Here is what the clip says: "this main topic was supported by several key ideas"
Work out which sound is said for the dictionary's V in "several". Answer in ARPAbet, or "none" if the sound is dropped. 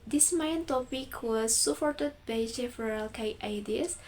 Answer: F